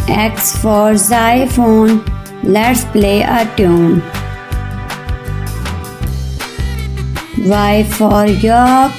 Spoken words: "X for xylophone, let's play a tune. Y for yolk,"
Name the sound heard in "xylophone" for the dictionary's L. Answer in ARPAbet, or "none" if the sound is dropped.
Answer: none